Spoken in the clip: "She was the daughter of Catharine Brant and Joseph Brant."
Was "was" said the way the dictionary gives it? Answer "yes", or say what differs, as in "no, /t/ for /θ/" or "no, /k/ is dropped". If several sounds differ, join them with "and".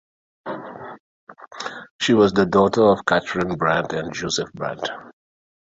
yes